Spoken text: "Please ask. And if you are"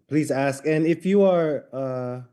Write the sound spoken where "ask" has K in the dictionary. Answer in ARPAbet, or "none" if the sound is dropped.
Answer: K